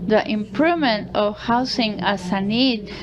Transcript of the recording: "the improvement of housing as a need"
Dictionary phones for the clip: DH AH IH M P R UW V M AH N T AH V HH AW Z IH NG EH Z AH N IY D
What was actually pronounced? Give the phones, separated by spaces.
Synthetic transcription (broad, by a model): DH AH IH M P R UW V M AH N T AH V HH AW S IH NG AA S AH N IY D